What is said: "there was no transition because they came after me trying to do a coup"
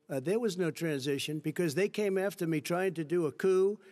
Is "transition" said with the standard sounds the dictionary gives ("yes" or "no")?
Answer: yes